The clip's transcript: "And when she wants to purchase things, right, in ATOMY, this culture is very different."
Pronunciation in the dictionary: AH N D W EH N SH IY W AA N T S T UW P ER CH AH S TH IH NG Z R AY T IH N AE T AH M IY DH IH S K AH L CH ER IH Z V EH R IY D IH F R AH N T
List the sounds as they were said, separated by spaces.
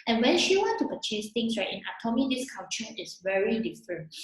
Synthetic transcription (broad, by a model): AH N W EH N SH IY W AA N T T UW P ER CH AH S T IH NG S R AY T IH N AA T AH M IY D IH S K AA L CH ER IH S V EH R IY D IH F R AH N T